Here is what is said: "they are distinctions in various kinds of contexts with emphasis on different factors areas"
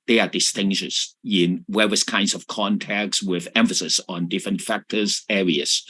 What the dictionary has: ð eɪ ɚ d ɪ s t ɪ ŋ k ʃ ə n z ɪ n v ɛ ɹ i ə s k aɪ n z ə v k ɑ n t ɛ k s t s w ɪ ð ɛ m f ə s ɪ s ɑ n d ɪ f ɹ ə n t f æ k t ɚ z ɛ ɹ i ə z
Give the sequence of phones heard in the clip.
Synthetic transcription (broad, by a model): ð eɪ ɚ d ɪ s t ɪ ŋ ʃ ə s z ɪ n w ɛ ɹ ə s k aɪ n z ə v k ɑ n t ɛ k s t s w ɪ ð ɛ m f ə s ɪ s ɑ n d ɪ f ɹ ə n t f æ k t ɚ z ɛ ɹ i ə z